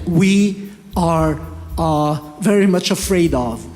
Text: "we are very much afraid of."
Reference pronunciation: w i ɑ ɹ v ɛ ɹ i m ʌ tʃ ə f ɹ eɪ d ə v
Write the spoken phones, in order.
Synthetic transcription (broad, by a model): w i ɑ ɹ v ɛ ɹ i m ʌ tʃ ə f ɹ eɪ d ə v